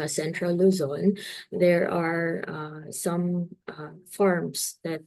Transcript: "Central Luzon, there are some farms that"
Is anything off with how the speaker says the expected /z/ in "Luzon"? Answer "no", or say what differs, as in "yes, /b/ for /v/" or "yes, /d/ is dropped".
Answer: no